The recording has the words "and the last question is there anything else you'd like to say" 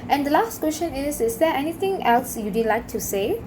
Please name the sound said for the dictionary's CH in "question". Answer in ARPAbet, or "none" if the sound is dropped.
SH